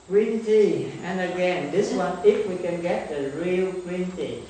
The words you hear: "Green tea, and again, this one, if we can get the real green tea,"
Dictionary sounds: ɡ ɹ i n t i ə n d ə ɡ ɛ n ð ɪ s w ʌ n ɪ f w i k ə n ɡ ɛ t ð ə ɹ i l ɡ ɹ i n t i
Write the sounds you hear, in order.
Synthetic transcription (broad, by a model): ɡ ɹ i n t i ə n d ə ɡ ɛ n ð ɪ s w ʌ n ɪ f w i k ə n ɡ ɛ t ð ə ɹ i l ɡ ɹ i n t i